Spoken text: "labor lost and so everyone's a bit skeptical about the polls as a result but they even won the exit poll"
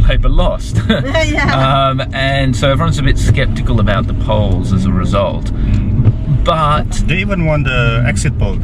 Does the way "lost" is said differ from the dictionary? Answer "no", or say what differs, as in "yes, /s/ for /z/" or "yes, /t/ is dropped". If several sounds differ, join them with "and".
no